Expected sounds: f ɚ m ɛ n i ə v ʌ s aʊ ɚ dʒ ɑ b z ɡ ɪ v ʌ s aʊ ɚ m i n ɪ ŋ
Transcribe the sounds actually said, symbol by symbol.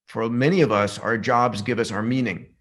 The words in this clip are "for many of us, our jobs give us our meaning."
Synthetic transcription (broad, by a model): f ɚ m ɛ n i ə v ʌ s aʊ ɚ dʒ ɑ b z ɡ ɪ v ʌ s aʊ ɚ m i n ɪ ŋ